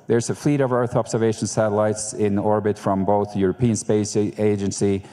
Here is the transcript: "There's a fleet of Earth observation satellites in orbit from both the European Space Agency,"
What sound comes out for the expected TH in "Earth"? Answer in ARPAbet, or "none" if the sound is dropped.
TH